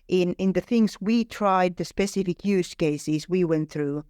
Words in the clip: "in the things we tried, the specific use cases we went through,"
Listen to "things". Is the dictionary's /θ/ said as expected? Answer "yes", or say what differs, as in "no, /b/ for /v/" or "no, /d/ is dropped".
yes